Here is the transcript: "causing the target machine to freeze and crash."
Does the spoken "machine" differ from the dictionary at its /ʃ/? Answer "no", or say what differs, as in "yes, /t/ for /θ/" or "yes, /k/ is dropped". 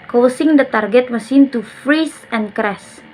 yes, /s/ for /ʃ/